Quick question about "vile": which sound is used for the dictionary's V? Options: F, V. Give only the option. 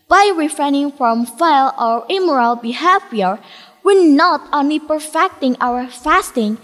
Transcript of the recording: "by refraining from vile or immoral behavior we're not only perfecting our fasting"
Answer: F